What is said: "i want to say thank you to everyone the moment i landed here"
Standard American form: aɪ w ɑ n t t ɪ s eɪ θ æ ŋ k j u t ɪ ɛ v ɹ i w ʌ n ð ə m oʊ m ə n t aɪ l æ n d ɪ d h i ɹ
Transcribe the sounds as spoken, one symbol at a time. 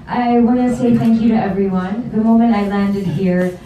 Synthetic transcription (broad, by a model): aɪ w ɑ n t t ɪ s eɪ θ æ ŋ k j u t ɪ ɛ v ɹ i w ʌ n ð ə m oʊ m ə n t aɪ l æ n d ɪ d h i ɹ